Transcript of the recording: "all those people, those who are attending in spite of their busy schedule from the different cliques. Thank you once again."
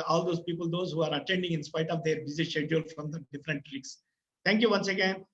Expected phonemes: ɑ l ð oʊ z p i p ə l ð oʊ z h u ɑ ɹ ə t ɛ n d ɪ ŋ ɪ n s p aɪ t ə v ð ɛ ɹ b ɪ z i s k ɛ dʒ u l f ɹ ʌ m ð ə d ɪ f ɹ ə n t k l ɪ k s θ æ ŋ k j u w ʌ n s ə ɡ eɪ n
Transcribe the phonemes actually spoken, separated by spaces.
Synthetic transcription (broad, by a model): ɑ l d oʊ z p i p ə l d oʊ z h u ɑ ɹ ə t ɛ n d ɪ ŋ ɪ n s p aɪ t ə v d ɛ ɹ b ɪ z i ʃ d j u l f ɹ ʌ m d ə d ɪ f ɹ ə n t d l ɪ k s t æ ŋ k j u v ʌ n s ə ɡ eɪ n